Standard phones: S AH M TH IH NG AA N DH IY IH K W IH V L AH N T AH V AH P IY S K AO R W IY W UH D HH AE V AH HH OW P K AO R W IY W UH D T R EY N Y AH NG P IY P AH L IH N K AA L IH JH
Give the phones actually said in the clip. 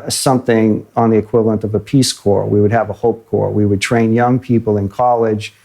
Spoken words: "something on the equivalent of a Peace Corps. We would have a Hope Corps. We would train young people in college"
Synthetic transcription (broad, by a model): S AH M TH IH NG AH N DH IY IH K W IH V L AH N T AH V AH P IY S K AO R W IY W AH D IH V AH HH OW P K AO R W IY W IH D T R EY N Y AH NG P IY P L IH N K AA L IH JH